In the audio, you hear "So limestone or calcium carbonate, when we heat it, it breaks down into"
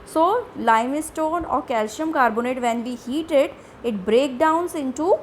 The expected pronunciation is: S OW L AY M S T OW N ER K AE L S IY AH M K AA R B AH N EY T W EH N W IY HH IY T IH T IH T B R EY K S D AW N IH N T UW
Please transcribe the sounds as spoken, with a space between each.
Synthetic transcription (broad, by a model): S OW L AY M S T OW N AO K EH L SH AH M K AA R B AH N EY T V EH N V IY HH IY T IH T IH T B R EY K D AW N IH N T UW